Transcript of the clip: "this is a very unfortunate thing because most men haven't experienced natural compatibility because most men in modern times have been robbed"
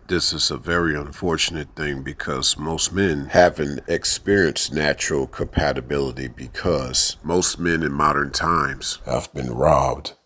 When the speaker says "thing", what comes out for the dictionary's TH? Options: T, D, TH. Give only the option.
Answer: TH